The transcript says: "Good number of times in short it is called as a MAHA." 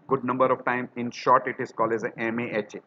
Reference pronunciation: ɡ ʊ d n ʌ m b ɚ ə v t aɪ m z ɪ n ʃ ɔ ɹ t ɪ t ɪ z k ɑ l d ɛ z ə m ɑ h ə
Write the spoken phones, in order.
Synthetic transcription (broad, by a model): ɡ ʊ d n ʌ m b ɚ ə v t aɪ m ɪ n ʃ ɔ ɹ t ɪ t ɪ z k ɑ l ɛ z ə m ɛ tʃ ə